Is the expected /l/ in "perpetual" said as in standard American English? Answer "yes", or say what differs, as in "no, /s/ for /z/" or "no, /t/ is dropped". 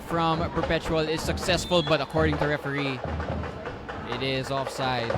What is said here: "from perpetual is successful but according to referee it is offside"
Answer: yes